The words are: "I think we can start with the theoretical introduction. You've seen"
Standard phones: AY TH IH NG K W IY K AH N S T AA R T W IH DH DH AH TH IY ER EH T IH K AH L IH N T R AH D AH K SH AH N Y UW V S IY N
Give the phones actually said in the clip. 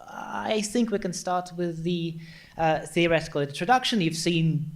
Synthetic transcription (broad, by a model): AY TH IH NG K W IY K AH N S T AA R T W IH DH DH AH TH IY ER EH T IH K AH L IH N T R AH D AH K SH AH N Y UW V S IY N